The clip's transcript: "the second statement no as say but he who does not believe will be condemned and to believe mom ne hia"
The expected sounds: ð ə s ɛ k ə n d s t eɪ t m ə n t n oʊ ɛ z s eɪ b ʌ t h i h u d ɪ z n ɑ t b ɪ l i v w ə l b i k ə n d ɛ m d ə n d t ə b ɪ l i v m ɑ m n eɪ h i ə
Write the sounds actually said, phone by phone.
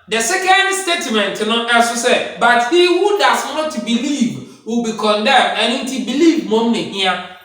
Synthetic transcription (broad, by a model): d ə s ɛ k ə n d s t eɪ t m ə n t n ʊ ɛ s s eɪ b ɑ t h i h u d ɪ s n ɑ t b ɪ l i v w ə b i k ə n d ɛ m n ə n t ə b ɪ l i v m ɑ m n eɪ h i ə